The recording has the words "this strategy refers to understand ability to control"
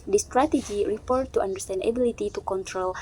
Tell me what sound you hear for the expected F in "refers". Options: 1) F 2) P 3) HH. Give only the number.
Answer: 2